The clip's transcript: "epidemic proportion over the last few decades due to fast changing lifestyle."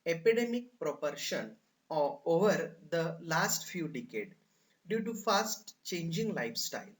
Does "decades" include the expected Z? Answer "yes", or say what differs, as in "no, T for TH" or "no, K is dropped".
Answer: no, Z is dropped